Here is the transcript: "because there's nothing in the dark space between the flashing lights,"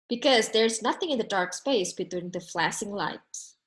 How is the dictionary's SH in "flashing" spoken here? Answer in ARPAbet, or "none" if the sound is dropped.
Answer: S